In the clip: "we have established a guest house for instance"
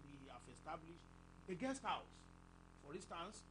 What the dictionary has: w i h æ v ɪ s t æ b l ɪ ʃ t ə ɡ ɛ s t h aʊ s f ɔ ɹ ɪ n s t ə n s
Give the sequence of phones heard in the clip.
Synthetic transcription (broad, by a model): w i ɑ f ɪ s t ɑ b l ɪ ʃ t ə ɡ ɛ s t h aʊ s f ɔ ɹ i n s t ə n s